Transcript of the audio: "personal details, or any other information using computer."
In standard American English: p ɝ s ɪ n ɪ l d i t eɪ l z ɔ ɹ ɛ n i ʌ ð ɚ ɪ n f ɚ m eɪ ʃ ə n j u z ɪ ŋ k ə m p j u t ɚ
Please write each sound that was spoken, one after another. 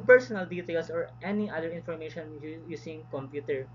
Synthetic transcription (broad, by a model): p ɝ s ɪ n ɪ l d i t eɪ l s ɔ ɹ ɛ n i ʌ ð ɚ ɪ n f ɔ m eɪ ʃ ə n j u s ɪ ŋ k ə m p j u t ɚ